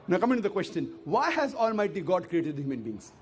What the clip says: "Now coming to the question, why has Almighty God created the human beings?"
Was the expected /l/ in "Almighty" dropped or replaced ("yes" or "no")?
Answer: no